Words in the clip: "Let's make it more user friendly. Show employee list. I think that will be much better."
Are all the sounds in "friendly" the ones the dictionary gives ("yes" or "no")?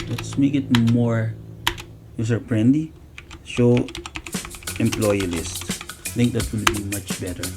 no